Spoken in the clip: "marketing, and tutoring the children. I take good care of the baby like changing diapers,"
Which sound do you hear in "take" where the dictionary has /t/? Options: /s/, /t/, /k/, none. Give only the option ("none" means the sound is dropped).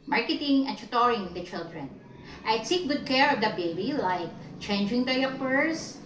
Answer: /s/